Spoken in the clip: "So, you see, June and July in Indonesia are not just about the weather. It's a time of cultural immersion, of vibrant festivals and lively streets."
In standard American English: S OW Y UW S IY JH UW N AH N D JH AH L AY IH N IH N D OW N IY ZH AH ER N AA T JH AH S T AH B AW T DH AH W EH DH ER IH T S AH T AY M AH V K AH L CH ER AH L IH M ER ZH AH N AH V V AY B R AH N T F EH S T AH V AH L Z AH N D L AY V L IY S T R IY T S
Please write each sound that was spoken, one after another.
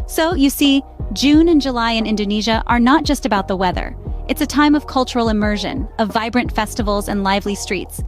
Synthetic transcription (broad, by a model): S OW Y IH S IY JH UW N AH N JH AH L AY IH N IH N D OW N IY ZH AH ER N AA T JH AH S T AH B AW T DH AH W EH DH ER IH T S AH T AY M AH V K AH L CH ER L IH M ER ZH AH N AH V V AY B R AH N T F EH S T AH V L Z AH N L AY V L IY S T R IY T S